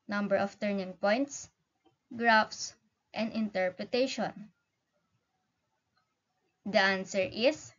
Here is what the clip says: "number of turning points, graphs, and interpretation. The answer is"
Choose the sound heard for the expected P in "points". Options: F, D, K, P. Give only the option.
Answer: P